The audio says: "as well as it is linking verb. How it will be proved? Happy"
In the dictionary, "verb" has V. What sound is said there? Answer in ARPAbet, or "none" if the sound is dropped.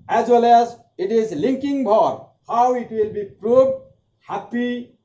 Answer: B